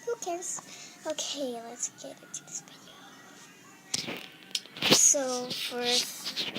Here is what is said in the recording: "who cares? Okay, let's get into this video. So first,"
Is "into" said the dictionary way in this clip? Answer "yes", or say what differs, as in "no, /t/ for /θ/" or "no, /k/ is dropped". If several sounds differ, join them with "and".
no, /n/ is dropped